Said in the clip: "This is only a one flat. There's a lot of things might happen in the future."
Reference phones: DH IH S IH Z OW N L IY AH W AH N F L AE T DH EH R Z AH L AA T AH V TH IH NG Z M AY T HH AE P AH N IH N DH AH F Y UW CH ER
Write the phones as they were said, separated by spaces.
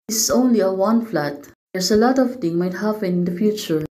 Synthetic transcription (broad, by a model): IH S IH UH N L IY AH W AH N F L AE T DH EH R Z AH L AA T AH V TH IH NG M AY T HH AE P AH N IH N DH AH F Y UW CH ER